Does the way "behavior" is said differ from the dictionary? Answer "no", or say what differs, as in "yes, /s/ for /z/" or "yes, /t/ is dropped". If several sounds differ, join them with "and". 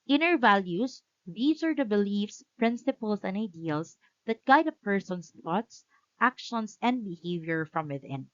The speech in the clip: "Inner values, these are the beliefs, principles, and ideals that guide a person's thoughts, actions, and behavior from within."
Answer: no